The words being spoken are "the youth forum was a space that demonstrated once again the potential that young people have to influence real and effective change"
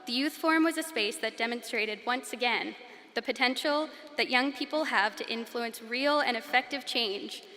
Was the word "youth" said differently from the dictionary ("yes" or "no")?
no